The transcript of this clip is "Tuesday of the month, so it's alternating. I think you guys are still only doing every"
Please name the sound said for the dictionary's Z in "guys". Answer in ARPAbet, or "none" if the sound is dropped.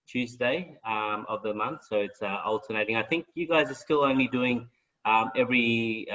Z